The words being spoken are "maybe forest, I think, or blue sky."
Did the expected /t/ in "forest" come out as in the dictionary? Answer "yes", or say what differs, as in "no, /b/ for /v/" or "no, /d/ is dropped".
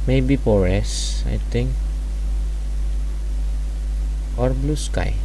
no, /t/ is dropped